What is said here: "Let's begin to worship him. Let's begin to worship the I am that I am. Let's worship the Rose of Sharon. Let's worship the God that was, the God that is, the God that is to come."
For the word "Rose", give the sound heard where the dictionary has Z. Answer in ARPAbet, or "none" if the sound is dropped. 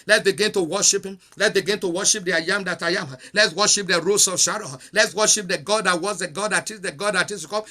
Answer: S